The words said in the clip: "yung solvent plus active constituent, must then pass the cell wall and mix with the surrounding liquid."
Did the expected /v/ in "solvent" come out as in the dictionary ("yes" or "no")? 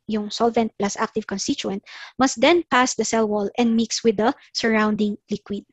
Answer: yes